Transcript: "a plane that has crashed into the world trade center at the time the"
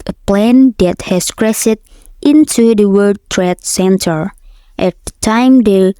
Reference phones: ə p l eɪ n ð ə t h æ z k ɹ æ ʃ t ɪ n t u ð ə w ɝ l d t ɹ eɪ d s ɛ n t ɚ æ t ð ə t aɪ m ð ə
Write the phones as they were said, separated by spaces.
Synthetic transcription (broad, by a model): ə p l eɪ n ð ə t h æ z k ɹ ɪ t t ɪ n t u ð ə w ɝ d t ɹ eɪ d s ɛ n t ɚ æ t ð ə t aɪ m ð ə